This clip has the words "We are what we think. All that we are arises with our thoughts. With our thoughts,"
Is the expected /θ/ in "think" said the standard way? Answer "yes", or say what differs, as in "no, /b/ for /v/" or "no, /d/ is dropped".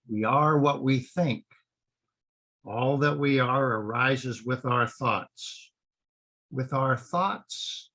yes